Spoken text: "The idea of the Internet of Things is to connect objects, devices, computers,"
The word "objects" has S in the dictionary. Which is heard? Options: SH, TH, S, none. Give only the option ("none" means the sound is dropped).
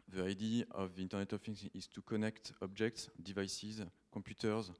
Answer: S